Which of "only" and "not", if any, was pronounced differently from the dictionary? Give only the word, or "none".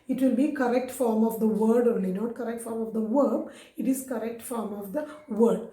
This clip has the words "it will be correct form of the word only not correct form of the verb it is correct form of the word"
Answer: only